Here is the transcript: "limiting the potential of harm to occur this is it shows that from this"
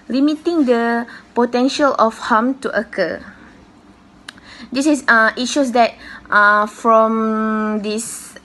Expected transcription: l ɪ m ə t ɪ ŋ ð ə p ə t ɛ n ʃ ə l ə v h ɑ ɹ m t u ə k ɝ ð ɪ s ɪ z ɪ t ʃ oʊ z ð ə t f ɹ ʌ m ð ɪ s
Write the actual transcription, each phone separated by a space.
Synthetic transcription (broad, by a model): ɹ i m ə t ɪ ŋ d ə p ə t ɛ n ʃ ə l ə f h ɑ m t u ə k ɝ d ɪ s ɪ s ɪ t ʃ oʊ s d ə t f ɹ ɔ m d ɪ s